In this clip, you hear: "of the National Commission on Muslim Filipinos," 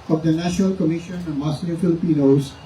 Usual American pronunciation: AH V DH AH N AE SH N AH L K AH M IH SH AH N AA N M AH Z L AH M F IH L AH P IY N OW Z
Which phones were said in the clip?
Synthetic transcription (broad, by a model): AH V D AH N AE SH N AH L K AH M IH SH AH N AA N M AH S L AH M F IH L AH P IY N OW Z